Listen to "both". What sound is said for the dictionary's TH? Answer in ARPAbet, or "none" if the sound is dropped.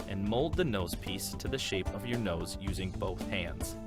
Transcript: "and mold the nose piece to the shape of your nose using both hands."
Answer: TH